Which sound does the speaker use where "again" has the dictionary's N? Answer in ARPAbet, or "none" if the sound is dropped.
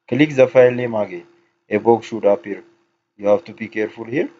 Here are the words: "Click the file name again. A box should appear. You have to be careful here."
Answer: none